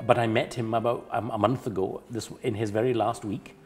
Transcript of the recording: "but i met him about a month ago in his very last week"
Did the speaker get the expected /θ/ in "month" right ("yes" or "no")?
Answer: yes